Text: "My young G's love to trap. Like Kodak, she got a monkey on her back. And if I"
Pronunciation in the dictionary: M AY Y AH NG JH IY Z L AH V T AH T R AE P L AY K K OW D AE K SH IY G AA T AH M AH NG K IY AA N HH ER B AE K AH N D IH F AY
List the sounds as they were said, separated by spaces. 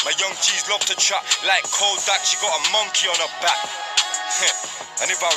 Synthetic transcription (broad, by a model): M AY Y AH NG CH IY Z L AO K T AH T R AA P L AY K K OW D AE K SH IY G AA T AH M AH NG K IY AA N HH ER B AE K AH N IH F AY